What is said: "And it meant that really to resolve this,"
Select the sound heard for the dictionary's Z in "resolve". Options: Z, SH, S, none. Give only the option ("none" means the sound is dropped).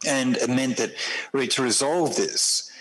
Z